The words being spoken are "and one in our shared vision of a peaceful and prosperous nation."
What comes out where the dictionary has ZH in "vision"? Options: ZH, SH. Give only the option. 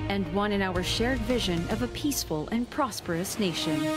ZH